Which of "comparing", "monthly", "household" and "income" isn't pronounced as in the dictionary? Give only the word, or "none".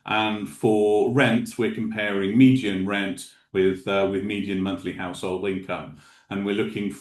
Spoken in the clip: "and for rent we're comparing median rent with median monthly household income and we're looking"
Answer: none